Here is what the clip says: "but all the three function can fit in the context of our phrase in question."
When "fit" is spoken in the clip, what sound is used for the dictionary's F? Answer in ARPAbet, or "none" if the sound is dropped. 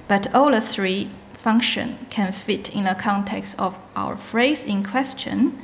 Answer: F